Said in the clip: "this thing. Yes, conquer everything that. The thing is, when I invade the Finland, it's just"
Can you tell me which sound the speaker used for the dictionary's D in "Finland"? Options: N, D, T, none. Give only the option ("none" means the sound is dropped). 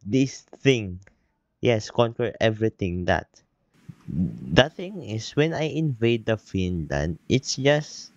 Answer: none